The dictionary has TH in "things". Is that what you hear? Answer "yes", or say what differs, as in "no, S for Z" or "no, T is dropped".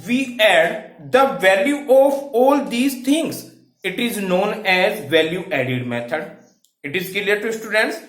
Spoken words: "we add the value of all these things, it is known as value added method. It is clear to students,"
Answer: no, T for TH